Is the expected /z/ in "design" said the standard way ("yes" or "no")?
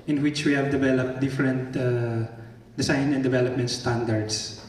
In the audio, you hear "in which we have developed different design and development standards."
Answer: no